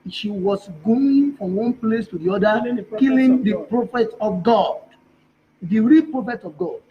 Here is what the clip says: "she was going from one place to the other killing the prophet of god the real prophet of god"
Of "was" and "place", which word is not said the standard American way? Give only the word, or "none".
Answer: was